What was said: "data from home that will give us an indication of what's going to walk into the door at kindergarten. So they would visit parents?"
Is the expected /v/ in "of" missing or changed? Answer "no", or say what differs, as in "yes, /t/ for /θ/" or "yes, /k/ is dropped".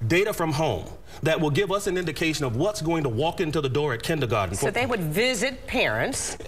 no